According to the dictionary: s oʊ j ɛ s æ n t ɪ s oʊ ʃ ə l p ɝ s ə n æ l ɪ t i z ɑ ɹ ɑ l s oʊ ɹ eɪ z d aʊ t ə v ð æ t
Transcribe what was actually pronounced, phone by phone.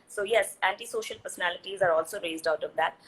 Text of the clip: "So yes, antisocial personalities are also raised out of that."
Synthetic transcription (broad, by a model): s oʊ j ɛ s æ n t ɪ s oʊ ʃ ə l p ɝ s ə n æ l ɪ t i z ɑ ɹ ɑ l s oʊ ɹ eɪ z d aʊ t ə v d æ t